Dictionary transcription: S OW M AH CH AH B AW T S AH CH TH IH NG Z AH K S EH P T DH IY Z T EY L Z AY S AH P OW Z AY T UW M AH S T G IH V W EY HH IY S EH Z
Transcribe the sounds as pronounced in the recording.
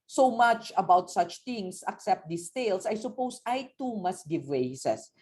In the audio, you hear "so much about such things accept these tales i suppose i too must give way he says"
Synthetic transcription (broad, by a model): S OW M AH CH AH B AW T S AH CH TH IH NG S AH K S EH P T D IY S T EY L S AY S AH P OW S AY T UW M AH S T G IH V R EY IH S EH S